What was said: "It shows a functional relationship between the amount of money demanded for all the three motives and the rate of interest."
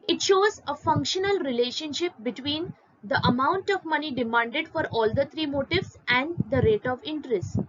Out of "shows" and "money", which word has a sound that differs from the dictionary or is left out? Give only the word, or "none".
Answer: none